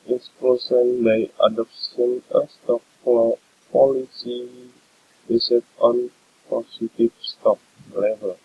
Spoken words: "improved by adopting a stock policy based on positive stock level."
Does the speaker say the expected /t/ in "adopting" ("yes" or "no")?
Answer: no